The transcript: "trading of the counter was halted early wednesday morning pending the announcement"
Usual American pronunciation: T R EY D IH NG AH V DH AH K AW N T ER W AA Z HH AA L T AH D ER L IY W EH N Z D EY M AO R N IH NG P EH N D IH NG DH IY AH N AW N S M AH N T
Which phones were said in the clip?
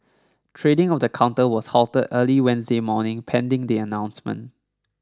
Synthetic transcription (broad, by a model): T R EY D IH NG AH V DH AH K AW N T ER W AA S HH AA L T AH D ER L IY W EH N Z D EY M AO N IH NG P EH N D IH NG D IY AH N AW N S M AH N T